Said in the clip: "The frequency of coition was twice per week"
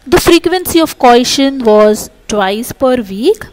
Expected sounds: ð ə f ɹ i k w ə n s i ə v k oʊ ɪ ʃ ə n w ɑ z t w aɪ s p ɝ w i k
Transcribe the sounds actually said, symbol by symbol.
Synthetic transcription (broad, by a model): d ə f ɹ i k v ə n s i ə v k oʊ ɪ ʃ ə n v ɑ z t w aɪ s p ɝ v i k